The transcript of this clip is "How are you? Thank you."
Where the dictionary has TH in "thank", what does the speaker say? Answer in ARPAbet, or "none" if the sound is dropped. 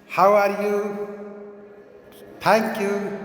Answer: T